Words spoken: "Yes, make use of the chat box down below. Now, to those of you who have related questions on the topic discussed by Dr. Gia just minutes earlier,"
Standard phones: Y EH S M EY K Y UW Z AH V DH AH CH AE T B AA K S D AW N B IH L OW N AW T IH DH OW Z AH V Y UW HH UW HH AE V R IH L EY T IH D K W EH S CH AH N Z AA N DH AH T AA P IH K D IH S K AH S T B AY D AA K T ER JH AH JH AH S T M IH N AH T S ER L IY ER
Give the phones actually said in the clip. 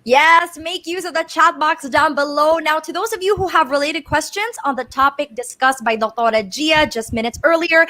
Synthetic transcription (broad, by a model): Y EH S M EY K Y UW Z AH V DH AH CH AE T B AA K S D AW N B IH L OW N AW T IH DH OW Z AH V Y UW HH UW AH V R IH L EY T IH D K W EH S CH AH N Z N DH AH T AA P IH K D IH S K AH S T B AY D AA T T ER JH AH JH AH S T M IH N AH T S ER L IY ER